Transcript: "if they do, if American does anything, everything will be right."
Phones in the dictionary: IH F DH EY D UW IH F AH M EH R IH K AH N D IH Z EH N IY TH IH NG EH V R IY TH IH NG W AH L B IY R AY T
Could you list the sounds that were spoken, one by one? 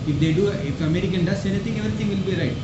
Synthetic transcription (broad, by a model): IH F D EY D UW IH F AH M EH R IH K AH N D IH S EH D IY T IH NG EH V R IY T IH NG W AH L B IY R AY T